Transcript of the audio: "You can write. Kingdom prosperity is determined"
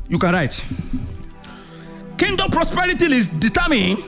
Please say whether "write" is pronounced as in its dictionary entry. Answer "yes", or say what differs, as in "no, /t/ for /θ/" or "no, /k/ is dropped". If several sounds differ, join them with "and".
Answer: yes